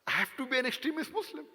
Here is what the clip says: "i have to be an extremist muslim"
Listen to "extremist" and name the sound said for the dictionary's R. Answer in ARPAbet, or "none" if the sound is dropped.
R